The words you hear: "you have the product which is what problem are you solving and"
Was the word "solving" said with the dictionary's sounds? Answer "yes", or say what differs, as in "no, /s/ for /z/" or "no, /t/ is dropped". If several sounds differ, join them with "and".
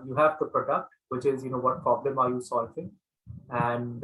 no, /f/ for /v/